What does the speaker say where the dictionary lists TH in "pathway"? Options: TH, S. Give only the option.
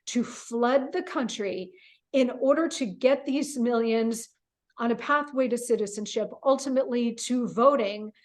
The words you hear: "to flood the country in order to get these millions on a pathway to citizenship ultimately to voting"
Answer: TH